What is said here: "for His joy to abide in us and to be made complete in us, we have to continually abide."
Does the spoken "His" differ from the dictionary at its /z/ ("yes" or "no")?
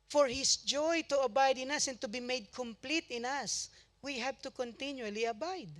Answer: yes